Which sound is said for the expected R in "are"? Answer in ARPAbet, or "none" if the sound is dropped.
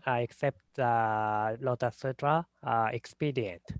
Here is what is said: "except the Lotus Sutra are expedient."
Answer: L